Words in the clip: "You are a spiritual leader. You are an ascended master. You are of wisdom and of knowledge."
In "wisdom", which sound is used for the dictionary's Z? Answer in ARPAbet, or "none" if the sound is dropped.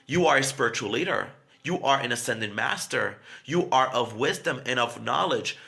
Z